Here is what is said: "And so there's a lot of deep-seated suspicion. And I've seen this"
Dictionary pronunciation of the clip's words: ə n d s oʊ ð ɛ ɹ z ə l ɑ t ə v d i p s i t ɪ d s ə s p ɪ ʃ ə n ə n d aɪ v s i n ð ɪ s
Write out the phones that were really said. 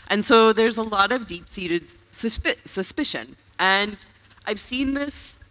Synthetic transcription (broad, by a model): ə n s oʊ ð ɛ ɹ z ə l ɑ t ə v d i p s i t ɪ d s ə s p ɪ ʃ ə n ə n d aɪ v s i n ð ɪ s